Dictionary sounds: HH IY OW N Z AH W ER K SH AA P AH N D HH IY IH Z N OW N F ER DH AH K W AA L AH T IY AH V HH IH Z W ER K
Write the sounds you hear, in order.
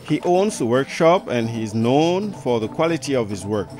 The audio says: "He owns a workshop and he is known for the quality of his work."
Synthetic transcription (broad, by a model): HH IY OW N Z AH W ER K SH AA P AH N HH IY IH Z N OW N F ER DH AH K W AA L AH T IY AH V HH IH Z W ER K